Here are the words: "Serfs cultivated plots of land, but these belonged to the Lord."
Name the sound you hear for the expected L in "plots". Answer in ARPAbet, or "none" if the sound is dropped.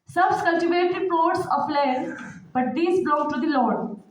none